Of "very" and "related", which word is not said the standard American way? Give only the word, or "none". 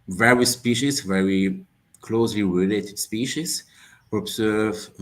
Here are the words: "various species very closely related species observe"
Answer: none